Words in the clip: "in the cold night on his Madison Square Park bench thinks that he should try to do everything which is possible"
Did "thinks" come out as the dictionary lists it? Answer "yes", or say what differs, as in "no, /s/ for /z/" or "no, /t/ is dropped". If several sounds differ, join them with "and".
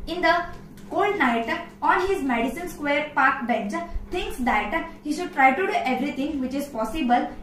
no, /t/ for /θ/